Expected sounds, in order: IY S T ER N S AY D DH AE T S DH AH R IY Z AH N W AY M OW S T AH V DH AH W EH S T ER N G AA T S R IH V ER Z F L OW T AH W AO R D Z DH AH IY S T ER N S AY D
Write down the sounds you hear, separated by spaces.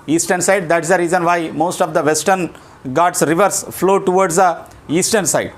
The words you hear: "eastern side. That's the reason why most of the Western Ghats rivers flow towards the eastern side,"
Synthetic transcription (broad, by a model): IY S T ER N S AY D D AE T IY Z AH R IY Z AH N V AY M OW S T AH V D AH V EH S T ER N G AA T S R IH V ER S F L OW T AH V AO R D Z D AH IY S T ER N S AY D